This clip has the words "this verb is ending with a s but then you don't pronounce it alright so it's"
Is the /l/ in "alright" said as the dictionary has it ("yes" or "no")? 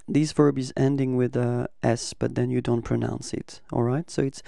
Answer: yes